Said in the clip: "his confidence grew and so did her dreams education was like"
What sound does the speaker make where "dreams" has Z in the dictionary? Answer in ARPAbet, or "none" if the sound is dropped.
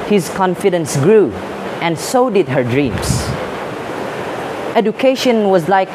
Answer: S